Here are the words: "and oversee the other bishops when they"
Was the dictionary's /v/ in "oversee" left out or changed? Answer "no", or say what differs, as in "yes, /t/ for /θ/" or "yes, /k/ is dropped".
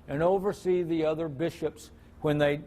no